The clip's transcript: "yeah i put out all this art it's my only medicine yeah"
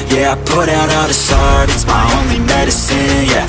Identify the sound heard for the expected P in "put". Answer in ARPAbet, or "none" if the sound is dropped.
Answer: P